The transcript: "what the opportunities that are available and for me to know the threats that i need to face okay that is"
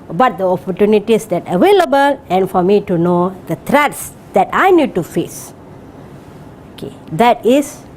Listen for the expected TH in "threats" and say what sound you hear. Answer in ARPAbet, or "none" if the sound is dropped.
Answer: T